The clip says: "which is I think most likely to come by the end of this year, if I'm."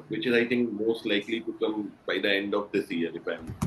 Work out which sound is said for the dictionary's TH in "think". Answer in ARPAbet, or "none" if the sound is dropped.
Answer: T